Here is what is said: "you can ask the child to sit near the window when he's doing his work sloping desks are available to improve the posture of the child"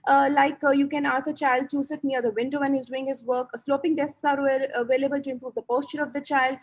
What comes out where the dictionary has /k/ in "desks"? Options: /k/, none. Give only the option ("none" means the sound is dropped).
none